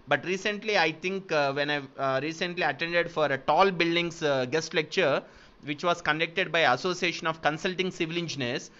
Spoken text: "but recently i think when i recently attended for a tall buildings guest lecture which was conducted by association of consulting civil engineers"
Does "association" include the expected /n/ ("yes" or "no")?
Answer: yes